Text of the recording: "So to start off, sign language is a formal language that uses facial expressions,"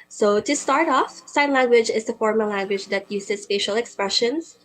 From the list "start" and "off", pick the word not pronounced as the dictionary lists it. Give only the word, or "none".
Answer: none